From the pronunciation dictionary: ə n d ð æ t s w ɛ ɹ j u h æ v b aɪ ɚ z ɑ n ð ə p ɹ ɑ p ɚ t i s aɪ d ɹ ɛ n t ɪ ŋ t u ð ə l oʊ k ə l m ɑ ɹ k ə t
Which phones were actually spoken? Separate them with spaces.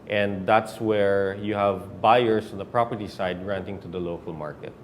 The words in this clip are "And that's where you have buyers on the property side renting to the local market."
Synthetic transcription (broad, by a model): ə n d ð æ t s w ɛ ɹ j u h æ v b aɪ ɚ s ɑ n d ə p ɹ ɑ p ɚ t i s aɪ d ɹ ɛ n t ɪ ŋ t u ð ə l oʊ k ə l m ɑ ɹ k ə t